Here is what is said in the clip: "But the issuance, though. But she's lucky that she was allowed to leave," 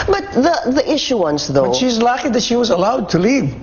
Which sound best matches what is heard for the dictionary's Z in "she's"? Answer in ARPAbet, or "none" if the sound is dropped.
Z